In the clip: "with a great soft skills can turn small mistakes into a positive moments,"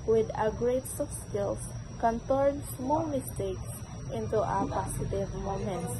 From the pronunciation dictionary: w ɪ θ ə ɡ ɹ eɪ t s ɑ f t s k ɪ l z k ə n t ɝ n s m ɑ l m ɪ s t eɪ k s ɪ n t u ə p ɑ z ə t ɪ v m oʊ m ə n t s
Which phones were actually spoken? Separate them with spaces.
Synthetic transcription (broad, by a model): w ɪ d ə ɡ ɹ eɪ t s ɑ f s k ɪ l s k ə n t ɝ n s m ɑ l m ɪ s t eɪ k s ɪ n t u ə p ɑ s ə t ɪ v m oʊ m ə n t